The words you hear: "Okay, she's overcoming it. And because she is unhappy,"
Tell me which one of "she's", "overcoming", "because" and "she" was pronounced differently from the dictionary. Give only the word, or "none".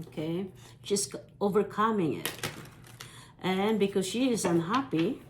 she's